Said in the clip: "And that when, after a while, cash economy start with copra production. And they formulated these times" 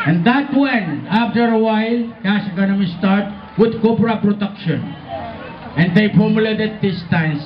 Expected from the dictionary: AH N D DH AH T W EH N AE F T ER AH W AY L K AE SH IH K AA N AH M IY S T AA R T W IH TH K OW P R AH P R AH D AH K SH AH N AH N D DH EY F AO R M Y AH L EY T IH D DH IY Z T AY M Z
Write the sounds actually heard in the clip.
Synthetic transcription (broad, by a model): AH N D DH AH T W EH N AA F T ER AH W AY L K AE S IH K AA N AH M IY S T AA R T W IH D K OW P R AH P R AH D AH K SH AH N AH N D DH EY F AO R M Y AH L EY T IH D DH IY S T AY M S